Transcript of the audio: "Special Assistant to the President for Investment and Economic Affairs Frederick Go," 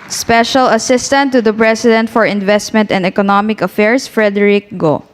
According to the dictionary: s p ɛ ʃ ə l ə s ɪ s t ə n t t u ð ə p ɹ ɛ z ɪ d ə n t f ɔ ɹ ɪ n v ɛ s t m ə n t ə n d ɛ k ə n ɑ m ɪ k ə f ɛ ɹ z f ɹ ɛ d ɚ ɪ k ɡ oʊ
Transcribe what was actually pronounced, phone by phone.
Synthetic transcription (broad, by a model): s p ɛ ʃ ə l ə s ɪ s t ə n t t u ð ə p ɹ ɛ s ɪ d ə n t f ɔ ɹ ɪ n v ɛ s t m ə n t ə n d ɛ k ə n ɑ m ɪ k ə f ɛ ɹ s f ɹ ɛ d ɚ ɪ k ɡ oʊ